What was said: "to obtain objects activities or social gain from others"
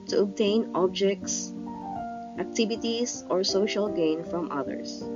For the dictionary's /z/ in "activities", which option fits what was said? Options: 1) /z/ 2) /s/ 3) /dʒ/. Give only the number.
2